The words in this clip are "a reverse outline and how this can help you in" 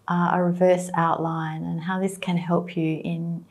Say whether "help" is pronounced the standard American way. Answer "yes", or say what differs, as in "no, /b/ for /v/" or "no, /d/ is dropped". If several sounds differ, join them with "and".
yes